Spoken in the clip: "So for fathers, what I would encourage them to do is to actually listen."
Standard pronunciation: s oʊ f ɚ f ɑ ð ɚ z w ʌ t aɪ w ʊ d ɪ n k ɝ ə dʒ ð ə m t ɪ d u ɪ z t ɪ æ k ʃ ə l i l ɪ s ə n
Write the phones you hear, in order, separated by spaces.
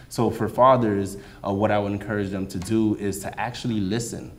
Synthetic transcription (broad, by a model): s oʊ f ɚ f ɑ ð ɚ z w ʌ t aɪ w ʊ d ɪ n k ɝ ə dʒ ð ə m t ɪ d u ɪ z t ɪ æ k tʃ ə l i l ɪ s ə n